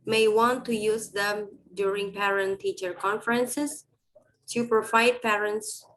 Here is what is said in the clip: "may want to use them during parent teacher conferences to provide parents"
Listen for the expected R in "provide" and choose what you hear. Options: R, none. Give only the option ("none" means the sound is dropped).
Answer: none